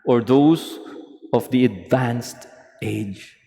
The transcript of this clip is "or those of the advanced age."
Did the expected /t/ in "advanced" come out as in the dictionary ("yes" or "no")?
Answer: yes